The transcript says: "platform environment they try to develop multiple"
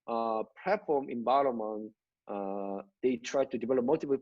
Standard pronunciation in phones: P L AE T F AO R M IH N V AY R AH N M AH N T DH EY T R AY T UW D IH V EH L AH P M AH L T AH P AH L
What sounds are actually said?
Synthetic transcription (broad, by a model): P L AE T F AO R M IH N B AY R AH M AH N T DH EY T R AY T UW D IH V EH L AH P M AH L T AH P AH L